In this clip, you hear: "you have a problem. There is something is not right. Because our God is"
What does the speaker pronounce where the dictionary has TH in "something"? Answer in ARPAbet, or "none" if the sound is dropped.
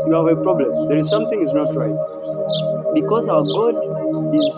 T